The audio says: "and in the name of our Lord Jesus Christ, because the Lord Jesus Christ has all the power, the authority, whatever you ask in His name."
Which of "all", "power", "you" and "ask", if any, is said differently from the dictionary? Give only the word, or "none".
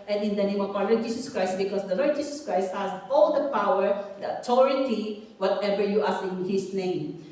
ask